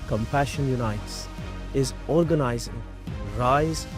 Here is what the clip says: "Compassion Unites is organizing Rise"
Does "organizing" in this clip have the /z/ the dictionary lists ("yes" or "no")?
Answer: yes